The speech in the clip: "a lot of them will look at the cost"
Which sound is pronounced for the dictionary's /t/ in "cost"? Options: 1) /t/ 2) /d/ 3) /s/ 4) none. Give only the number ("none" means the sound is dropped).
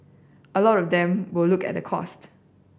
1